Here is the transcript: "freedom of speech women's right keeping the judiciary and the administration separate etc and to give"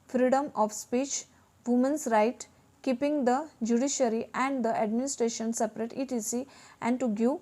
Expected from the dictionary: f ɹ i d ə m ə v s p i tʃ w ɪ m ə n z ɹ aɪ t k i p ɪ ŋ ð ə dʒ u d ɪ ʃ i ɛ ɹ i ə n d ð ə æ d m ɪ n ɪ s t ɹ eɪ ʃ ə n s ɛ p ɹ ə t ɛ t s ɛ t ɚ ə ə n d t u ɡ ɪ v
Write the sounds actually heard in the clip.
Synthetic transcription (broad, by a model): f ɹ i d ə m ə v s p i tʃ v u m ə n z ɹ aɪ t k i p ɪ ŋ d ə dʒ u d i ʃ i ɹ i ə n d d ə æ d m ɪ n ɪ s t ɹ eɪ ʃ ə n s ɛ p ɹ ə t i t i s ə ə n d t u ɡ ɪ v